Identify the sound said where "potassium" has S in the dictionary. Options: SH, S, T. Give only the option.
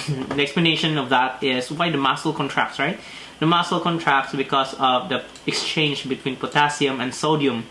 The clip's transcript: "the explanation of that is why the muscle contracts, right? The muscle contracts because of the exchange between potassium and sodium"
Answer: S